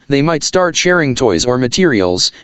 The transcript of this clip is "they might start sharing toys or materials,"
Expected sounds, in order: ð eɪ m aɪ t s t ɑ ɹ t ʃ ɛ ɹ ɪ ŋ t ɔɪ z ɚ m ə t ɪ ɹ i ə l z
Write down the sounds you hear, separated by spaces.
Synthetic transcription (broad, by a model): ð eɪ m aɪ t s t ɑ ɹ t ʃ ɛ ɹ ɪ ŋ t ɔɪ z ɚ m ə t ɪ ɹ i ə l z